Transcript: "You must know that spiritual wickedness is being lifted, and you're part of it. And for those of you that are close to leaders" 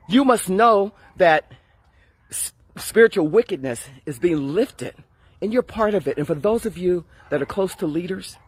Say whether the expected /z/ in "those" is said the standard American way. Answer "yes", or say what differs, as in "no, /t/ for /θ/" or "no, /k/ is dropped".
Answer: yes